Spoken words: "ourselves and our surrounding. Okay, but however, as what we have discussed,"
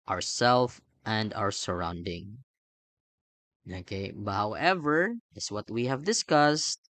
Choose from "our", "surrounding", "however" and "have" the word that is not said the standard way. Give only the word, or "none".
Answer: none